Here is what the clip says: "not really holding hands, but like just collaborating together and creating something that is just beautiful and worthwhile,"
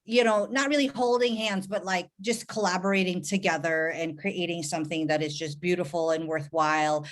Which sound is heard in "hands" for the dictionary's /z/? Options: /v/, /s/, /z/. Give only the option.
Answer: /z/